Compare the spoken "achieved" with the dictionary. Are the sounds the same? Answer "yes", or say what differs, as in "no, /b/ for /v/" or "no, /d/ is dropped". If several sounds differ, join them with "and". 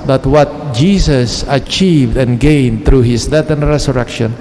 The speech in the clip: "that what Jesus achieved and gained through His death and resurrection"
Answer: yes